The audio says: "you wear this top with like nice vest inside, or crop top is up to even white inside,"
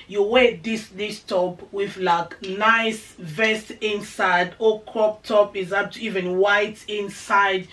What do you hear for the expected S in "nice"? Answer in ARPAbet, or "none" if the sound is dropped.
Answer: S